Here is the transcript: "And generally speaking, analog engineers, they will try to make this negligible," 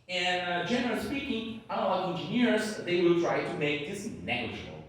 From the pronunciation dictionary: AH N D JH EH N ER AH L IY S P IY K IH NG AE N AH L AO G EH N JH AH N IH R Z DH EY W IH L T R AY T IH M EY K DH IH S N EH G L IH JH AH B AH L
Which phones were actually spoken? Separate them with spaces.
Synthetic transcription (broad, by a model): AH N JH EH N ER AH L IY S P IY K IH NG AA AH AO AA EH N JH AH N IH R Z DH EY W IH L T R AY T IH M EY K DH IH S N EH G L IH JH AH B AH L